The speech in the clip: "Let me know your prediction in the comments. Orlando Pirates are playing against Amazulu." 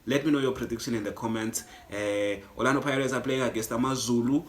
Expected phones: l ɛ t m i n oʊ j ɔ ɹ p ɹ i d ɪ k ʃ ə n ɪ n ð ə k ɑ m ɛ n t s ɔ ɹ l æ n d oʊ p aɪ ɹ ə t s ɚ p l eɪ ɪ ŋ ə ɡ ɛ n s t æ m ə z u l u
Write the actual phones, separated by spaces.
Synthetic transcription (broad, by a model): l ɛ t m i n oʊ j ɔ p ɹ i d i k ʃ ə n ɪ n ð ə k ɑ m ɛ n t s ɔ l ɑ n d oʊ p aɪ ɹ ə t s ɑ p l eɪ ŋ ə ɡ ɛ s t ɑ m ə z u l u